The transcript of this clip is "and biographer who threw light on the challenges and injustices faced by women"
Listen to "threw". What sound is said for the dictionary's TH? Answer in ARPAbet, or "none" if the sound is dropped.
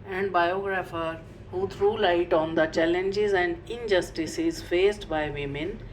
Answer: T